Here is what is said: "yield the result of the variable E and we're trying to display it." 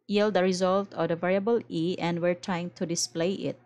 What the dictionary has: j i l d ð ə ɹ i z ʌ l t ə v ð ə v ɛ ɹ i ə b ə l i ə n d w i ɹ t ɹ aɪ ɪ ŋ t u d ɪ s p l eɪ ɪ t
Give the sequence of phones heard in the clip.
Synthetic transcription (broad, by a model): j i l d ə ɹ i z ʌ l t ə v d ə v ɛ ɹ i ə b ə l i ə n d w i ɹ t ɹ aɪ ɪ ŋ t u d ɪ s p l eɪ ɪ t